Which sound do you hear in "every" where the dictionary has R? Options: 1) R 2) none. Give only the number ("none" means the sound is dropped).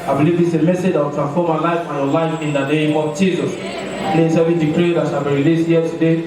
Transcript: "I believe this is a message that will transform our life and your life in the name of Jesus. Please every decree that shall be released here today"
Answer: 2